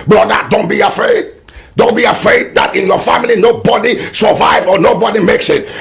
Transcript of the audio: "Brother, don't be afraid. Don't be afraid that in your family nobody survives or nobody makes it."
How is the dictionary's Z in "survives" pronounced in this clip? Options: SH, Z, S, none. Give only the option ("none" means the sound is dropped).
none